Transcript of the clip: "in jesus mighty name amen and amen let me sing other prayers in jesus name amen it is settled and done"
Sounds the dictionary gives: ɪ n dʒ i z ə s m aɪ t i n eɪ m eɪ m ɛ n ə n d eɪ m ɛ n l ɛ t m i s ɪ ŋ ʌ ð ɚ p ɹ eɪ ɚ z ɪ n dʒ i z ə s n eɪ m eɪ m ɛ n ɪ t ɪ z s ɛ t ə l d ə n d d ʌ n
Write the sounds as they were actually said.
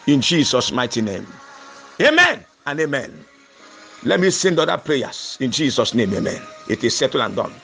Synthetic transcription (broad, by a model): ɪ n dʒ i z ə s m aɪ t i n eɪ m eɪ m ɛ n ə n eɪ m ɛ n l ɛ t m i s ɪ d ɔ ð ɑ p ɹ eɪ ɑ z ɪ n dʒ i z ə s n eɪ m eɪ m ɛ n ɪ t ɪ s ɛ t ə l ə n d d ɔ n